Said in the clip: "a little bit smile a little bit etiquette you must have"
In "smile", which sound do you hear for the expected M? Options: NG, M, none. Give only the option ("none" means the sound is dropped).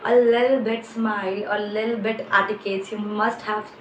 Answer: M